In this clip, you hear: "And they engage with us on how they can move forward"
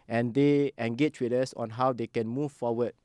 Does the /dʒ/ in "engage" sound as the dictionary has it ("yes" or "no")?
no